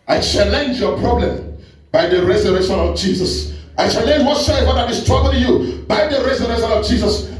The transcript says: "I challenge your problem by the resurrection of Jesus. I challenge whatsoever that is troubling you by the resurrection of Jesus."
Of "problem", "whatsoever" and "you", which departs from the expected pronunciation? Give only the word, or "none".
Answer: whatsoever